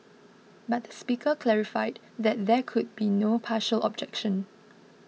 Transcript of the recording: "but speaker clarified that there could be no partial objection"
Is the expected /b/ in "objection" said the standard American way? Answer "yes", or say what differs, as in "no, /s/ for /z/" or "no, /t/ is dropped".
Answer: yes